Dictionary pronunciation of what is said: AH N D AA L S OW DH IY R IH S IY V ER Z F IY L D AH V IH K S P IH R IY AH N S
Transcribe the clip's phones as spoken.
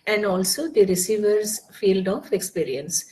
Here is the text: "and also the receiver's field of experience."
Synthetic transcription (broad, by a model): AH N D AA L S OW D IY R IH S IY V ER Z F IY L D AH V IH K S P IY R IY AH N S